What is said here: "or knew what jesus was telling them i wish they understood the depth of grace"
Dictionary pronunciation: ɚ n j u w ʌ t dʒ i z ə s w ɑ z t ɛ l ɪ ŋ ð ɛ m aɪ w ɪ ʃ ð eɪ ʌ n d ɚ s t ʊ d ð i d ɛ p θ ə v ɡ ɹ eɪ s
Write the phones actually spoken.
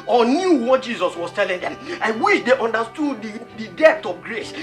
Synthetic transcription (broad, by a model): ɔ n j u w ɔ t dʒ i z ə s w ɑ s t ɛ l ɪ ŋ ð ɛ m aɪ w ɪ ʃ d eɪ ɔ n d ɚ s t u d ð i d ɛ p t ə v ɡ ɹ eɪ s